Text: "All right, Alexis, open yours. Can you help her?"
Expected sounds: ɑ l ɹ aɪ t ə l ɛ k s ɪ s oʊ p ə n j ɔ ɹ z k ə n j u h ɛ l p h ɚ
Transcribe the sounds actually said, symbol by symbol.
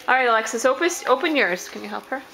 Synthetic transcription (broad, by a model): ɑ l ɹ aɪ t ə l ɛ k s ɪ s oʊ p ə n j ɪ ɹ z k ə n j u h ɛ l p h ɚ